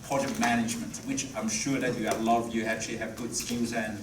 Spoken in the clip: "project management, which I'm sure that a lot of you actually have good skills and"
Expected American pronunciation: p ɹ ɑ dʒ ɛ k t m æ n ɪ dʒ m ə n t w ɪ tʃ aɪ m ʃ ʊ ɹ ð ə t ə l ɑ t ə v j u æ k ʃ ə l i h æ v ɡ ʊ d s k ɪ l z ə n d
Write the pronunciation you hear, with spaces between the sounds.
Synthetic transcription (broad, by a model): p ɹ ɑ dʒ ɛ k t m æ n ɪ dʒ m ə n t w ɪ tʃ aɪ m ʃ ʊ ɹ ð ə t ə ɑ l ə v j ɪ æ k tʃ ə l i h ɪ v ɡ ʊ d s k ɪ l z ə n